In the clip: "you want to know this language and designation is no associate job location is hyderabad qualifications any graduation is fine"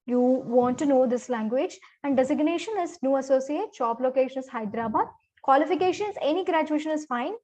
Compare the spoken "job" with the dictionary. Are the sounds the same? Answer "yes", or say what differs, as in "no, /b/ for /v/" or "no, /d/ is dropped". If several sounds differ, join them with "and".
no, /tʃ/ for /dʒ/